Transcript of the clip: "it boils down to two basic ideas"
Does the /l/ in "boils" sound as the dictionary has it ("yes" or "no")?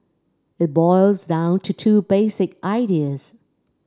yes